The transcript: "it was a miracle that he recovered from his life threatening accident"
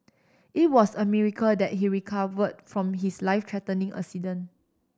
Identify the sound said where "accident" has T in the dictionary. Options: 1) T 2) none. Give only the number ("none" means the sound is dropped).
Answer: 2